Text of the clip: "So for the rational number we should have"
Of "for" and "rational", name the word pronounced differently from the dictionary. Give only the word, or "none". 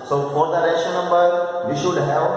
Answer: rational